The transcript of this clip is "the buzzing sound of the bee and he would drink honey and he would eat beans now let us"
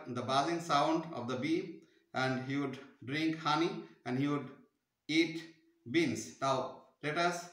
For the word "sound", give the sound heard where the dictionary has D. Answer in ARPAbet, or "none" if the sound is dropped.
D